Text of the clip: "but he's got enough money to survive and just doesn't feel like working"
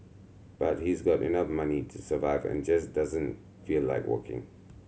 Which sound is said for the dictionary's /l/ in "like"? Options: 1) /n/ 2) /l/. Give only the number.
2